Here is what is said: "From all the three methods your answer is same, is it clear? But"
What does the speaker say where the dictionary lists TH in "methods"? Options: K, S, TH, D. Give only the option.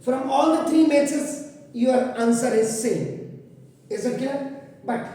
S